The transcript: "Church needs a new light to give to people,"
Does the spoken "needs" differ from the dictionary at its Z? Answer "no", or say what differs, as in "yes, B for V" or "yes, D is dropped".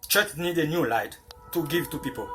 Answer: yes, Z is dropped